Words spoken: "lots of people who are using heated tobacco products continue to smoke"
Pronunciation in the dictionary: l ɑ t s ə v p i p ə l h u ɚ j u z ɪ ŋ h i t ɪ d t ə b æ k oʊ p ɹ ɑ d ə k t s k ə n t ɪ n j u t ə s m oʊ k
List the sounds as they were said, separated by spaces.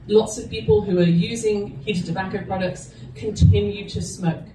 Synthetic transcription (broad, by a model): l ɑ t s ə v p i p ə l h u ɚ j u z ɪ ŋ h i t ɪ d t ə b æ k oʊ p ɹ ɑ d ə k t s k ə n t ɪ n j u t ə s m oʊ k